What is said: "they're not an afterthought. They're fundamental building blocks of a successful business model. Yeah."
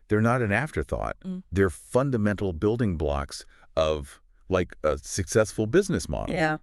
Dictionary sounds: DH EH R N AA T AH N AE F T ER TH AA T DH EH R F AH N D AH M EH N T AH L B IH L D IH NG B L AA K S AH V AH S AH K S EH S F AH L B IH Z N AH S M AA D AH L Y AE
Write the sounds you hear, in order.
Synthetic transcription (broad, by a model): DH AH R N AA T AH N AE F T ER TH AA T DH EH R F AH N D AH M EH N T L B IH L D IH NG B L AA K S AH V AH S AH K S EH S F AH L B IH Z N AH S M AA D L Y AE